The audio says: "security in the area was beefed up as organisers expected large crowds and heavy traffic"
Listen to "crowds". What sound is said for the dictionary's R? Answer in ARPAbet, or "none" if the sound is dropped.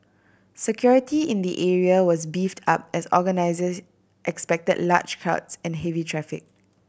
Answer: none